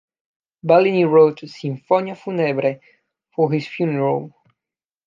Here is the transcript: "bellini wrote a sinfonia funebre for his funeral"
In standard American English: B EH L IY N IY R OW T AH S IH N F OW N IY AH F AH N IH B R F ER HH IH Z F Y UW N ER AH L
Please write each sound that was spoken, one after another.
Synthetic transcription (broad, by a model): B EH L IY N IY R OW T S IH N F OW N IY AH F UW N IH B R F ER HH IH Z F Y UW N ER AH L